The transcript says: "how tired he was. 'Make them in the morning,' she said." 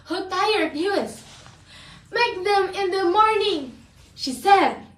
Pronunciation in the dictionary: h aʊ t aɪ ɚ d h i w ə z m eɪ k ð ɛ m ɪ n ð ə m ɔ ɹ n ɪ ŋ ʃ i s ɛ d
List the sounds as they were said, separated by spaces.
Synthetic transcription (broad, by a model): h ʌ t aɪ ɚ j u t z m eɪ k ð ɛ m ɪ n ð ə m ɔ ɹ n ɪ ŋ ʃ i s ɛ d